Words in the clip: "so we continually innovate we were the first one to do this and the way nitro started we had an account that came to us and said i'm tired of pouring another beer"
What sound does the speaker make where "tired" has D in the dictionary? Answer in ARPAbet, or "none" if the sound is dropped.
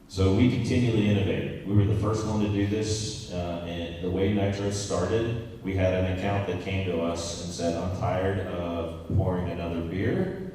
D